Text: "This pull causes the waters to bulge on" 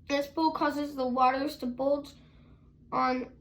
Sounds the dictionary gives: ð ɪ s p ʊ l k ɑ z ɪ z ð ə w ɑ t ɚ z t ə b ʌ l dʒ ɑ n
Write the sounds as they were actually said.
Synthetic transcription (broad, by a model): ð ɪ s b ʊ l k ɑ z ɪ z ð ə w ɑ t ɚ z t ə b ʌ l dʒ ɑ n